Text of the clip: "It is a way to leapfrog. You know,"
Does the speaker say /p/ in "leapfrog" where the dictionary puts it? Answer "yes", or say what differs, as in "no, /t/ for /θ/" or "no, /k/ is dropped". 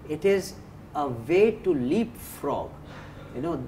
yes